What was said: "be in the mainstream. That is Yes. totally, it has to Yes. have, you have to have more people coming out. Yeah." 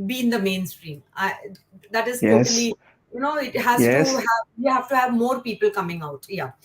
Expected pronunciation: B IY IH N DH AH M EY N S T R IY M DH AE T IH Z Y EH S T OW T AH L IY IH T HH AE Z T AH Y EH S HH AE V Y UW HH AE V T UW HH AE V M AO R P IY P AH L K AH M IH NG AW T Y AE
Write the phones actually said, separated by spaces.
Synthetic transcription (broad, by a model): B IY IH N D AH M EY N S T R IY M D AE T IH Z Y EH S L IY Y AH N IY IH T HH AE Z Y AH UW HH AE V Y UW HH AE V T UW HH AE V M AO R P IY P AH L K AH M IH NG AW T Y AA